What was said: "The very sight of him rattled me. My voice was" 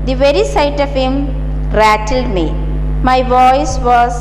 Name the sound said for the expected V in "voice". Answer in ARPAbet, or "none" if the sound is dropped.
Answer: V